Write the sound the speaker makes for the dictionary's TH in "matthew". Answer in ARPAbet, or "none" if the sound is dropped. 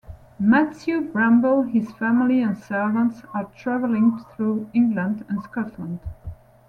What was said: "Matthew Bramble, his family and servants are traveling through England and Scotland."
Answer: T